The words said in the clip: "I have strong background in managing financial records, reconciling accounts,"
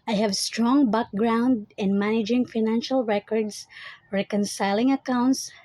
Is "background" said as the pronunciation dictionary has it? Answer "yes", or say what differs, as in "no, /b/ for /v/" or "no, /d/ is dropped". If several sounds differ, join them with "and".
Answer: yes